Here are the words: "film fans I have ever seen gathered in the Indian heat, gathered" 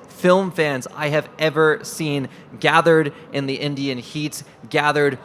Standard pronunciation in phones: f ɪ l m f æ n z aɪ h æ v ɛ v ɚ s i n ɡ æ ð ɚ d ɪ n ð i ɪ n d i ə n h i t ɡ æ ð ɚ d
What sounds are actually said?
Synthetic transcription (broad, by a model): f ɪ l m f æ n z aɪ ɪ v ɛ v ɚ s i n ɡ æ ð ɚ d ɪ n ð i ɪ n d i ə n h i t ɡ æ ð ɚ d